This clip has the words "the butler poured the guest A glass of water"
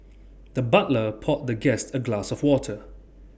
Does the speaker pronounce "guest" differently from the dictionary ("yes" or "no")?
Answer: no